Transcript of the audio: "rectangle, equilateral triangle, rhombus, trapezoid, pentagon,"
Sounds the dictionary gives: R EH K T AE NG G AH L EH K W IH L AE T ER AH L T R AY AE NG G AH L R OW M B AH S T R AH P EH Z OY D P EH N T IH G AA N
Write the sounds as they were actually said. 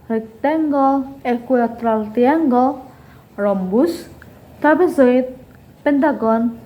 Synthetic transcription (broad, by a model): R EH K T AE NG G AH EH K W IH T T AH L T IY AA NG G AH R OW M B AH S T AH B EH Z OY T P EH N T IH G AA N